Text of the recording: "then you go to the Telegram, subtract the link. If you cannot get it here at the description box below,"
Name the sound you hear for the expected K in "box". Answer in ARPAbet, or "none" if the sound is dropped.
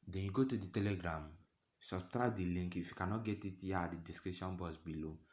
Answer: none